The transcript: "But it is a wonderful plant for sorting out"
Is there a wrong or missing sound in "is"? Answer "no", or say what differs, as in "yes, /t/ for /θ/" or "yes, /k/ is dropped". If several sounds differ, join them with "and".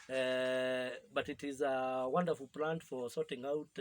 no